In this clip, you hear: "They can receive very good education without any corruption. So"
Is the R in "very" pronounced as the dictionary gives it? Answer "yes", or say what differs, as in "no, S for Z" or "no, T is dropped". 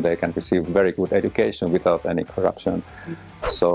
yes